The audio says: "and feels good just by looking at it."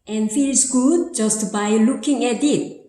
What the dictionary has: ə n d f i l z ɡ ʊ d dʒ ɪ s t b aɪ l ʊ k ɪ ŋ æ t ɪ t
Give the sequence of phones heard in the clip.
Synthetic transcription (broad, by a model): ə n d f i l s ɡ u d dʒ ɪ s t b aɪ l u k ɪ ŋ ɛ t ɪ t